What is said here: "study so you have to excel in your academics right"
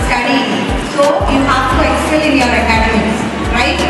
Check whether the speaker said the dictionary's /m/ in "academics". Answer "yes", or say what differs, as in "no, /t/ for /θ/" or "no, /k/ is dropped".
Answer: no, /m/ is dropped